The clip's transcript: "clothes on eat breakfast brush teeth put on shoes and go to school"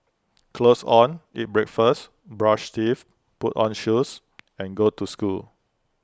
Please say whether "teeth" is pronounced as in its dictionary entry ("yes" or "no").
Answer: no